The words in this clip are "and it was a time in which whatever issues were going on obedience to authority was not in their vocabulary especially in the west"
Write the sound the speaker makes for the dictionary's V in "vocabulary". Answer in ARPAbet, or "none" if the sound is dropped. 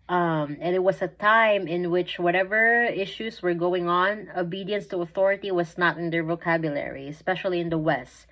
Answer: V